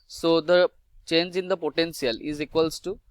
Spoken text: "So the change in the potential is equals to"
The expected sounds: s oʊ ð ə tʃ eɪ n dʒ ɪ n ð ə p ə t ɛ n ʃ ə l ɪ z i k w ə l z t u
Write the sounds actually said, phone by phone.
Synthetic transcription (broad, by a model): s oʊ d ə tʃ eɪ n dʒ ɪ n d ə p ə t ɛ n s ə l ɪ z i k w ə l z t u